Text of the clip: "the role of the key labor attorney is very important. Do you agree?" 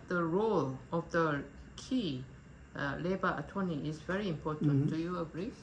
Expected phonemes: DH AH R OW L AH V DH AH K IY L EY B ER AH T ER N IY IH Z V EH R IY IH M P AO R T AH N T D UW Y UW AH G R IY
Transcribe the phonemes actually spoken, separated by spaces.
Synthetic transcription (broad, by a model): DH AH R OW L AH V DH AH K IY L EY B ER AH T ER N IY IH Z V EH R IY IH M P AO T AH N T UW Y UW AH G R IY